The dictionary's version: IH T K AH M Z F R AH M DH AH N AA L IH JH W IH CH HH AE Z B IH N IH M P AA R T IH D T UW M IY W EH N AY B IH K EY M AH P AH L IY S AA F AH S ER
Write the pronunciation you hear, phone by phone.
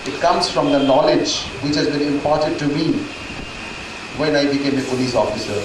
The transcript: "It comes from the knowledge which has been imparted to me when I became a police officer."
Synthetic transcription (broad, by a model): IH T K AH M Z F R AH M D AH N AA L IH JH W IH CH HH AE Z B IH N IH M P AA R T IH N T UW M IY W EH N AY B IH K EY M AH P AH L IY S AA F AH S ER